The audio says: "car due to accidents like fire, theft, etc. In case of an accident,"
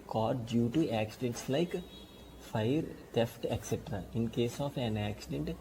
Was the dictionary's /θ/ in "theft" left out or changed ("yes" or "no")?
yes